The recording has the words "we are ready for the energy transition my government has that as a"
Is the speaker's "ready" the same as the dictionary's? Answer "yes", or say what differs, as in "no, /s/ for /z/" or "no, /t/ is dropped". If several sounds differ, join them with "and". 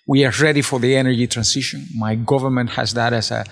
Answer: yes